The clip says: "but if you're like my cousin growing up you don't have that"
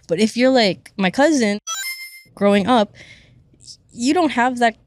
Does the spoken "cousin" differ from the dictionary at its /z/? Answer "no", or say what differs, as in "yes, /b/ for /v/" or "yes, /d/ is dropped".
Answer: no